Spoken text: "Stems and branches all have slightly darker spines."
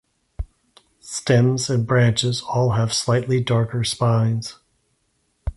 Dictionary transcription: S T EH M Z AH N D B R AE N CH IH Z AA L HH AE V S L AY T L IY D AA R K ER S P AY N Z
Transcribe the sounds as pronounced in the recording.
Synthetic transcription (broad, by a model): S T EH M Z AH N B R AE N CH IH Z AA L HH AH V S L AY T L IY D AA R K ER S P AY N Z